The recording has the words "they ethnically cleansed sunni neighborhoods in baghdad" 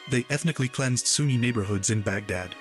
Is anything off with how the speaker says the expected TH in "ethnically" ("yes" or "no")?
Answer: no